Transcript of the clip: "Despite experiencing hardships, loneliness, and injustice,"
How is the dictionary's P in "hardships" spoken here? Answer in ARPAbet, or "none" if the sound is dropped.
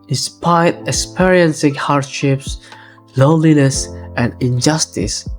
P